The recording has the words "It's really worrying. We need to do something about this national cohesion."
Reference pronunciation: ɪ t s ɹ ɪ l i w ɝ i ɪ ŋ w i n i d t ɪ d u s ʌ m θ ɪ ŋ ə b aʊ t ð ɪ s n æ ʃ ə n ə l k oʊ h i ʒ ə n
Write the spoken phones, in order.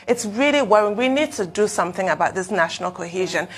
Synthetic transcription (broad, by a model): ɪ t s ɹ ɪ l i w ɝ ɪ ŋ w i n i d t ɪ d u s ʌ m θ ɪ ŋ ə b aʊ t ð ɪ s n æ ʃ ə n ə l k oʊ h i ʒ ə n